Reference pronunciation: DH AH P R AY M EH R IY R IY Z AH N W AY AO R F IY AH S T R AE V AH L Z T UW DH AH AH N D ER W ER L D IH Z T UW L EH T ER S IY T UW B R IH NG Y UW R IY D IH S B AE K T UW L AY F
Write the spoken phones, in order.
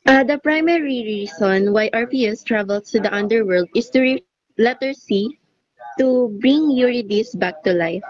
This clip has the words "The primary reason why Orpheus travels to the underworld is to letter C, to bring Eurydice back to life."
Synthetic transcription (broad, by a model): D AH P R AY M EH R IY R IY S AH N W AY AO R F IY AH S T R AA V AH L S T UW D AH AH N D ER W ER L D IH S T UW L EH T ER S IY T UW B R IH NG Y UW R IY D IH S B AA K T UW L AY F